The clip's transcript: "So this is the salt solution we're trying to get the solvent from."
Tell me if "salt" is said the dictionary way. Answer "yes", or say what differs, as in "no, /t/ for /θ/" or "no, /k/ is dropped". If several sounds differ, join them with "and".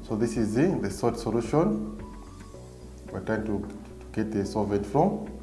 no, /l/ is dropped